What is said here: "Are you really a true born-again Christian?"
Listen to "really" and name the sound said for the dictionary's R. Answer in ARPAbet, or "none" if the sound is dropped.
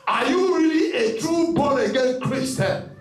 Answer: R